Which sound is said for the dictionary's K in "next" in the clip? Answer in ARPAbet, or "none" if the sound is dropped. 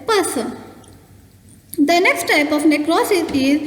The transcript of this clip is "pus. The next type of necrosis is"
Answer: K